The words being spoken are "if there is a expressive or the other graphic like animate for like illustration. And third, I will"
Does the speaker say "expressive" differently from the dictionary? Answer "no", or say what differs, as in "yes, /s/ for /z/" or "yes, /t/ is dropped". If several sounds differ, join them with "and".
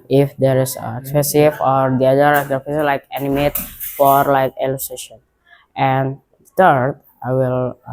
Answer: yes, /ɹ/ is dropped